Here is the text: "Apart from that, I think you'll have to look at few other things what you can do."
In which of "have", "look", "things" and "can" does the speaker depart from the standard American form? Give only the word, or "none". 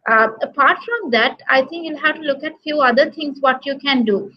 things